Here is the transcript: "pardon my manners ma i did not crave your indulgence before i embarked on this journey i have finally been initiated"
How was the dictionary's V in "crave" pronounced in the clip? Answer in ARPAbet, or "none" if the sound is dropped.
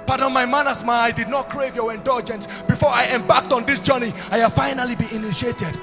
V